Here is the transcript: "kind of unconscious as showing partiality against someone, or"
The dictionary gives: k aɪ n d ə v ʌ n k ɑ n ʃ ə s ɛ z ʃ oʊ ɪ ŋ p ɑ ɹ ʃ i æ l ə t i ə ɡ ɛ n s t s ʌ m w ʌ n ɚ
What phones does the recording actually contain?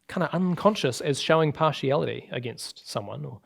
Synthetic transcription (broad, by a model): k aɪ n d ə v ʌ n k ɑ n ʃ ə s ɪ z ʃ oʊ ɪ ŋ p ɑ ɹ ʃ i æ l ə t i ə ɡ ɛ n s t s ʌ m w ʌ n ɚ